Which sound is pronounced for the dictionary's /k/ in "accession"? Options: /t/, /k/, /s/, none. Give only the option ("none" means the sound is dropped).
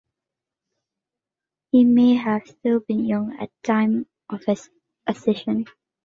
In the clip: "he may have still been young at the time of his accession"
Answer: none